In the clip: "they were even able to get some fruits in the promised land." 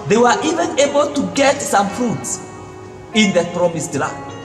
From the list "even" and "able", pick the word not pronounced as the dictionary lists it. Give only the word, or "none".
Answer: none